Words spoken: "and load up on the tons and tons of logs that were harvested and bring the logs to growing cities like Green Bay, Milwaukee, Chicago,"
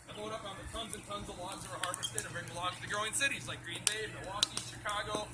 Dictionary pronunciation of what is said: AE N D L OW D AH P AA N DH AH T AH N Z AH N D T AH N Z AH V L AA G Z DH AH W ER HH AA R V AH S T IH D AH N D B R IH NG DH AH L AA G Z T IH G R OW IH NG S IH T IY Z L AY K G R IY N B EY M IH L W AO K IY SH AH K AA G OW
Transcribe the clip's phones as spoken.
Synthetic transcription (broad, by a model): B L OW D AH P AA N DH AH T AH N Z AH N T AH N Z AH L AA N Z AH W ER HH AA R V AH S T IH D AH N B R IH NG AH L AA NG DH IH G R OW IH NG S IH T IY Z L AY K G R IY N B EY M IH W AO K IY SH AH K AA G OW